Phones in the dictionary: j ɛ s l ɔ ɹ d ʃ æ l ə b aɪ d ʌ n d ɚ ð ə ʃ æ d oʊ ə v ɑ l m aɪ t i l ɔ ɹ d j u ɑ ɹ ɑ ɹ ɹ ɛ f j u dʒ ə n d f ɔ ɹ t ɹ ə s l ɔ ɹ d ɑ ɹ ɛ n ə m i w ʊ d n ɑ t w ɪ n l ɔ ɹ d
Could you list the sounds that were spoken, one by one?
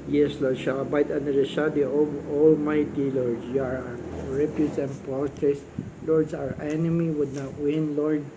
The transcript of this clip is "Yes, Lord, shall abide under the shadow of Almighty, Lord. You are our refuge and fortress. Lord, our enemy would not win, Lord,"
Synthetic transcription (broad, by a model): j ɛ s l ɔ ɹ d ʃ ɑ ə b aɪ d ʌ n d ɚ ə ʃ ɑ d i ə ɑ l m aɪ t i l ɔ ɹ d j u ɑ ɹ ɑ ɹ ɹ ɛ p j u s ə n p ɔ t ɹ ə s l ɔ ɹ d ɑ ɹ ɛ n ə m i w ʊ d n ɑ t w ɪ n l ɔ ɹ d